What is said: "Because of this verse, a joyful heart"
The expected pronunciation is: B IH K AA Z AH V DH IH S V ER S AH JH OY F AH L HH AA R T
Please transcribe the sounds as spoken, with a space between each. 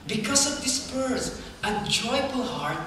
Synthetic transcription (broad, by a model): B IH K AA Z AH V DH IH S P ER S AH JH OY F AH L HH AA R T